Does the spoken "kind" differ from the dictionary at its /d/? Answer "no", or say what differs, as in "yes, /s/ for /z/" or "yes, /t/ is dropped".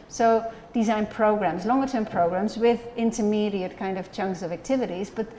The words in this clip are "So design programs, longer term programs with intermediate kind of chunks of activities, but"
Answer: no